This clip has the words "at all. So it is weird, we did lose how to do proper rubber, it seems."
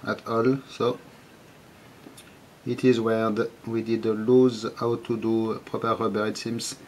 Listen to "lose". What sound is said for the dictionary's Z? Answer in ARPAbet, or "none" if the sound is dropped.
Z